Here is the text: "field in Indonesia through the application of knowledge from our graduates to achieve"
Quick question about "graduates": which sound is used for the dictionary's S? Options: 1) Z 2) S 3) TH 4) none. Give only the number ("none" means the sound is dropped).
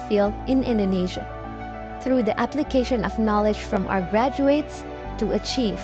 2